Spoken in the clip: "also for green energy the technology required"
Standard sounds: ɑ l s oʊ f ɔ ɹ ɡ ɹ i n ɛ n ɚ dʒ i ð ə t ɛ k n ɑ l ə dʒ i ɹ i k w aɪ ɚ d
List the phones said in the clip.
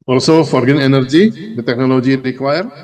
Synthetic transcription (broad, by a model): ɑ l s oʊ f ɔ ɹ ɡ ʌ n ɛ n ɚ dʒ i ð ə t ɛ k n ɑ l ə dʒ i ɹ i k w aɪ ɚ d